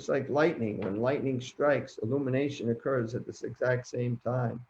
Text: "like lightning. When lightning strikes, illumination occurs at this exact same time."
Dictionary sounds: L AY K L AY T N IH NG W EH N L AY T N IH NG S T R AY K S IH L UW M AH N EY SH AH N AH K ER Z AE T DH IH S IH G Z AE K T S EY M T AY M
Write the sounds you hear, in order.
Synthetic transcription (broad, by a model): L AY K L AY T N IH NG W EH N L AY T N IH NG S T R AY K S IH L UW M AH N EY SH AH N AH K ER Z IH T DH IH S IH G Z AE K T S EY M T AY M